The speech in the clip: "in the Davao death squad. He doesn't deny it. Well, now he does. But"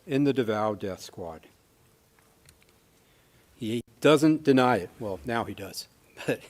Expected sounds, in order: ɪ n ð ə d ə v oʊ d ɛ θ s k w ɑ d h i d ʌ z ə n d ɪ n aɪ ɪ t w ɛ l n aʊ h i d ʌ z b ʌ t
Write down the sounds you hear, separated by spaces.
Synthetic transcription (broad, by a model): ɪ n ð ə d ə v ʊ d ɛ θ s k w ɑ d h i d ʌ z ə n d ɪ n aɪ ɪ t w ɛ l n aʊ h i d ʌ z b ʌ t